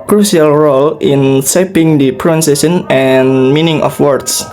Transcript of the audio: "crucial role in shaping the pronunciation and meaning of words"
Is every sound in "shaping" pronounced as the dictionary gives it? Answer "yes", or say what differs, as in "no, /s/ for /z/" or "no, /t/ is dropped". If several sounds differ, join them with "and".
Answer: no, /s/ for /ʃ/